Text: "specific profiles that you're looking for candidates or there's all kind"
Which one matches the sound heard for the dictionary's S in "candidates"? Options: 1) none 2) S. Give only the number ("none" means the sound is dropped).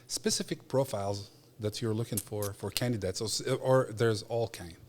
2